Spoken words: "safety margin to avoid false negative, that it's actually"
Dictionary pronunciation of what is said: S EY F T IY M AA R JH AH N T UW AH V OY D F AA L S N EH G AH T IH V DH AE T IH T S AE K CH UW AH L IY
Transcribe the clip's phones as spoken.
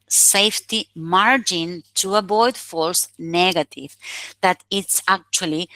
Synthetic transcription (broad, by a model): S EY F T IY M AA R JH AH N T UW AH B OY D F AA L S N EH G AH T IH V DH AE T IH T S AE K CH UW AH L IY